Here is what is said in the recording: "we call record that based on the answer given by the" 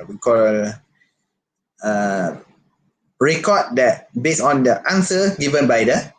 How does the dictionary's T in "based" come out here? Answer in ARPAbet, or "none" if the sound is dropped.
none